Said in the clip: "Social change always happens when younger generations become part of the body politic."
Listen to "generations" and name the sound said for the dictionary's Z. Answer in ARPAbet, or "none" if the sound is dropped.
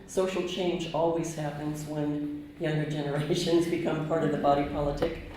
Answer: Z